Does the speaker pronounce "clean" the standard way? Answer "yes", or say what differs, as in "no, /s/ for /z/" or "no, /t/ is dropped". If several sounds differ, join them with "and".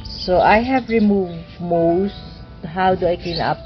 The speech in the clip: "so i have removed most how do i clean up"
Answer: no, /l/ is dropped